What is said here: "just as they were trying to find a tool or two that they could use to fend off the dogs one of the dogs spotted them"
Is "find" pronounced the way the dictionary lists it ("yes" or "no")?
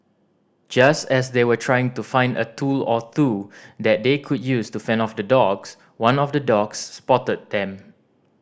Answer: yes